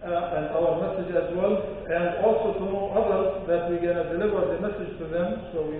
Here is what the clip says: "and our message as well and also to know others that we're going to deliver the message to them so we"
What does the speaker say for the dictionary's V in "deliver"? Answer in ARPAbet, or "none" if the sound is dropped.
W